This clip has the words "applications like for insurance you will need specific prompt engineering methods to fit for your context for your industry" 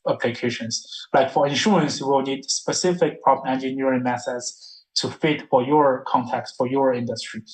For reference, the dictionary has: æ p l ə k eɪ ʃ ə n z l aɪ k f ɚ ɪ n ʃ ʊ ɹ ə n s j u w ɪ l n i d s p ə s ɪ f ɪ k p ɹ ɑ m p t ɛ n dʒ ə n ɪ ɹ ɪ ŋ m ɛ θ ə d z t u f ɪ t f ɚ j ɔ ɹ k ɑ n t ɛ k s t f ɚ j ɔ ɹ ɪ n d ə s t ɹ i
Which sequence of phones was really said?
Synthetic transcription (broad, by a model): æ p l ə k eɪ ʃ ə n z l aɪ k f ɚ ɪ n ʃ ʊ ɹ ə n s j w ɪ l n i d s p ə s ɪ f ɪ k p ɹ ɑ p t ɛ n dʒ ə n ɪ ɹ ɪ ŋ m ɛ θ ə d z t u f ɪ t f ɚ j ɔ ɹ k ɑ n t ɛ k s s f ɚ j ɔ ɹ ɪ n d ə s t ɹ i